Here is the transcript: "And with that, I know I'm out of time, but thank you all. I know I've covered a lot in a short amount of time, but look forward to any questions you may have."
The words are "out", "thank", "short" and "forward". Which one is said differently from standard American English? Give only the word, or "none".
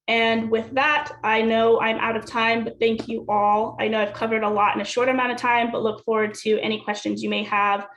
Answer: none